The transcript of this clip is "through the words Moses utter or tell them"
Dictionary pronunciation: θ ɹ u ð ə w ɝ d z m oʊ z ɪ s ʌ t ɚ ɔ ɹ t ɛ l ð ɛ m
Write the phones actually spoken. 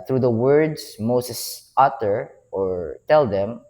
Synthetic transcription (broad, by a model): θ ɹ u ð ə w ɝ d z m oʊ s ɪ s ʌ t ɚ ɔ ɹ t ɛ l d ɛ m